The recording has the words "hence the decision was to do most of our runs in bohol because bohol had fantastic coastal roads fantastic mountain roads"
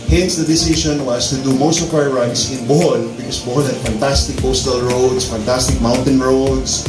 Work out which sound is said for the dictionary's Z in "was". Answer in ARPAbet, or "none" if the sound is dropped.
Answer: S